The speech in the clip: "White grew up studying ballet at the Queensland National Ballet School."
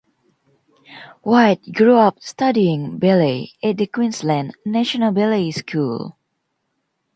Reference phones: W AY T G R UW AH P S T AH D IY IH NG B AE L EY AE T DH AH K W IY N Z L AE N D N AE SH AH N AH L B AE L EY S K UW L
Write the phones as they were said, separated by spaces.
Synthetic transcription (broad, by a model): W AY T G R UW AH P S T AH D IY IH NG B AE L EY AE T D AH K W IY N S L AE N N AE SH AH N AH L B AE L EY S K UW L